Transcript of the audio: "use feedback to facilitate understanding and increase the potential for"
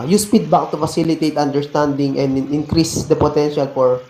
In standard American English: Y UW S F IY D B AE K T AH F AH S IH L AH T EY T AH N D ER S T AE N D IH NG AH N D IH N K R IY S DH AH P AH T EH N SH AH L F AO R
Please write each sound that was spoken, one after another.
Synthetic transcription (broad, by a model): Y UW S P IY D B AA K T AH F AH S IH L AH T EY T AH N D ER S T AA N D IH NG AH N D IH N K R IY S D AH P AH T EH N SH AH L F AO R